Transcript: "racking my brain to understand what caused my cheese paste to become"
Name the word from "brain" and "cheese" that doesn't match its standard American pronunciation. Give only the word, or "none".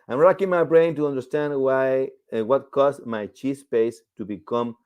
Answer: cheese